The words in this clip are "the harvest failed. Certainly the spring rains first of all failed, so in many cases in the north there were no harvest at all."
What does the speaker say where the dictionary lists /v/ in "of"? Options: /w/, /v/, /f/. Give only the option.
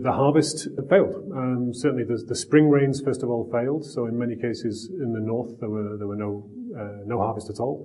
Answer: /v/